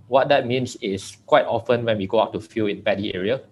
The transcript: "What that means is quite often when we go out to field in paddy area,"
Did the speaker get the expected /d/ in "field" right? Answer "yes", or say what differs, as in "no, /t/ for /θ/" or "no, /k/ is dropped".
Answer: no, /d/ is dropped